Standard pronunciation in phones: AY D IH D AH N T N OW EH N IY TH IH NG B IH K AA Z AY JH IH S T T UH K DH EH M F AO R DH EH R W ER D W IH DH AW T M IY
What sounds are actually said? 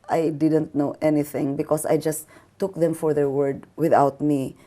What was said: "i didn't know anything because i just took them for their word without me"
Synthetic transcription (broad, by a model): AY D IH D AH N T N OW EH N IY TH IH NG B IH K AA S AY JH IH S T T UH K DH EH M F AO R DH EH R W ER D W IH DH AW T M IY